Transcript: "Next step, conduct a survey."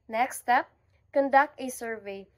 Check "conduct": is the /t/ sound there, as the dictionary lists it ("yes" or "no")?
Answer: yes